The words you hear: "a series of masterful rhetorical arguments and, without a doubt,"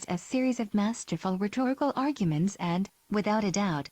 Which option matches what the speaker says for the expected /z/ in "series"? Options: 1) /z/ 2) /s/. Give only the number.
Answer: 1